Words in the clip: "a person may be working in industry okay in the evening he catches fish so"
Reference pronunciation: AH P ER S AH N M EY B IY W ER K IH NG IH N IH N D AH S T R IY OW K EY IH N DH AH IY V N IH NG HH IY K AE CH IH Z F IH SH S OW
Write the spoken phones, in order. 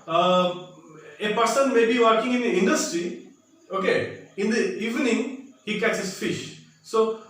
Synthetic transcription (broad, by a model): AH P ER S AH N M EY B IY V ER K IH NG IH N IH N D AH S T R IY OW K EY IH N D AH IY V N IH NG HH IY K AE S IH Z F IH SH S OW